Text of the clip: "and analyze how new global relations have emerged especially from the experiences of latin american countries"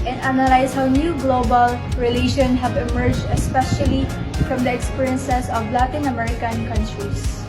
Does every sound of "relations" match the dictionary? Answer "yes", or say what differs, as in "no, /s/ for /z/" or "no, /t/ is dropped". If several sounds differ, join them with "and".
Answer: no, /z/ is dropped